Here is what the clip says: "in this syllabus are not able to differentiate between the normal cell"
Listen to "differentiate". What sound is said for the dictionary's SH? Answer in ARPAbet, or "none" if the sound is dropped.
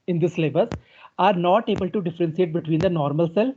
S